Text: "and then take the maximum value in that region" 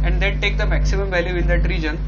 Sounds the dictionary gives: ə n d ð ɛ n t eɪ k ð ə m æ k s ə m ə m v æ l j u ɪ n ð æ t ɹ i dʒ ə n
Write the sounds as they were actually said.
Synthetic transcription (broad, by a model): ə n d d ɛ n t eɪ k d ə m æ k s ə m ə m v æ l j u ɪ n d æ t ɹ i dʒ ə n